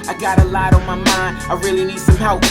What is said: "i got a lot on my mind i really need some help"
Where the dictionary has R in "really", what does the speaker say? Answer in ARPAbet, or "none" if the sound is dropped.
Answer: R